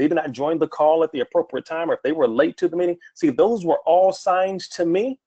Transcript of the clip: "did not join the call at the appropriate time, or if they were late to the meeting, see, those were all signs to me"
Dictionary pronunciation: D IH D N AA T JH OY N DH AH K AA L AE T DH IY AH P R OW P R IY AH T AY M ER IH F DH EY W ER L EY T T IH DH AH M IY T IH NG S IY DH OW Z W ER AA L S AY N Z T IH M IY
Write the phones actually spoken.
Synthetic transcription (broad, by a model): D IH D N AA T JH OY N DH AH K AA L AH T DH IY AH P R OW P R IY AH T AY M ER IH F DH EY W ER L EY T T IH DH AH M IY T IH NG S IY DH OW Z W ER AA L S AY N T IH M IY